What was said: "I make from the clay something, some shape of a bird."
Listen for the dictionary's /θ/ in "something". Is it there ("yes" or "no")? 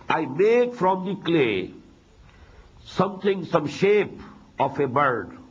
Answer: no